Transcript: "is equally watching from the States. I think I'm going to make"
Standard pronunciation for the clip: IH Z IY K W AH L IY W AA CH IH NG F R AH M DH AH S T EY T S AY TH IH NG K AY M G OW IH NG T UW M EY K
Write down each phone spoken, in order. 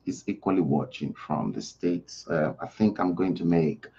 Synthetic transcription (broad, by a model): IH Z IY K W AH L IY W AA CH IH NG F R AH M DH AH S T EY T S AY TH IH NG K AY M G OW IH NG T UW M EY K